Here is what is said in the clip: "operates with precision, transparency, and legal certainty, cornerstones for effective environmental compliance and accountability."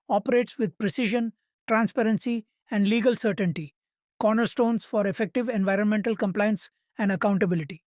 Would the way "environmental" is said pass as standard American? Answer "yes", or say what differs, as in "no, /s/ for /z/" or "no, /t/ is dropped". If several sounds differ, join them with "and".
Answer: yes